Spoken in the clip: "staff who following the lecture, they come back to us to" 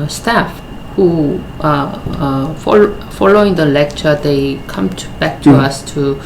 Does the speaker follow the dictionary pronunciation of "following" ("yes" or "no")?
yes